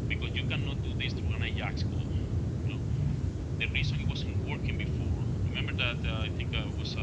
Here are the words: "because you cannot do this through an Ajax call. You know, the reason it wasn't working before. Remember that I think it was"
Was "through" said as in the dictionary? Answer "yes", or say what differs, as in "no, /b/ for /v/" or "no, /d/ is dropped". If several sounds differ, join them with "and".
no, /t/ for /θ/